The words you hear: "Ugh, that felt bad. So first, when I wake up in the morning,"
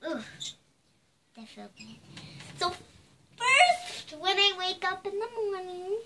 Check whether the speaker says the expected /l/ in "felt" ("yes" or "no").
no